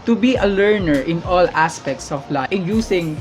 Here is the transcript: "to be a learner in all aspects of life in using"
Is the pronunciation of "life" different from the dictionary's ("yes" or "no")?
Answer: yes